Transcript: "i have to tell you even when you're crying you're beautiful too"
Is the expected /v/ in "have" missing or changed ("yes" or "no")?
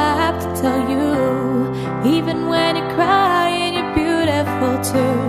yes